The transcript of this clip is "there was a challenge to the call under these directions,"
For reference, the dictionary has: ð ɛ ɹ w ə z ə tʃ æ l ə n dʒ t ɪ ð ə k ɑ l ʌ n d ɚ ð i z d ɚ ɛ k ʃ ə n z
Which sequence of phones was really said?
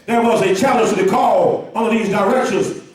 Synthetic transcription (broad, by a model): ð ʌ ɹ w ə z ə tʃ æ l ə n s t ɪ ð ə k ɑ l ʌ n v ð i z d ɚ ɛ k ʃ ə n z